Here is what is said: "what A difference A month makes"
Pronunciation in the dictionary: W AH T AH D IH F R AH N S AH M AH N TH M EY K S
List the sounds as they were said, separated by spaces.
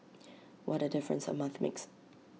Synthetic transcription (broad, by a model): W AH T AH D IH F R AH N S AH M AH N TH M EY K S